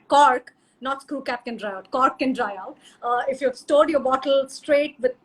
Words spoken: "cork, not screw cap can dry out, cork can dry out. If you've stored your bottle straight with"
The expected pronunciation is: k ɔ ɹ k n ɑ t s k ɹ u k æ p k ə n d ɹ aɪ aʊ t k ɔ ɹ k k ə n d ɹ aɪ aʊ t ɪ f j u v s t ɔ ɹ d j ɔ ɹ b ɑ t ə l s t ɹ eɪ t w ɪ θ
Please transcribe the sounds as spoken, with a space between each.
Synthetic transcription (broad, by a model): k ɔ ɹ k n ɑ t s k u k æ p k ə n d ɹ aɪ aʊ t k ɔ ɹ k k ə n d ɹ aɪ aʊ t ɪ f j u v s t ɔ ɹ d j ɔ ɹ b ɑ t ə l s t ɹ eɪ t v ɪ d